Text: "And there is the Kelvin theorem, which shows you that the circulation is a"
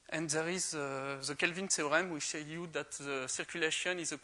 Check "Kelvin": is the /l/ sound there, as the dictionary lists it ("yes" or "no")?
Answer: yes